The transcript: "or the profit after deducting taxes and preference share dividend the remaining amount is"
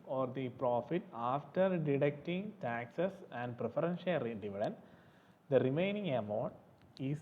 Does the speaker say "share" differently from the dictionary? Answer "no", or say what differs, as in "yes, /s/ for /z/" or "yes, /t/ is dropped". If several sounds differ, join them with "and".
yes, /l/ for /ɹ/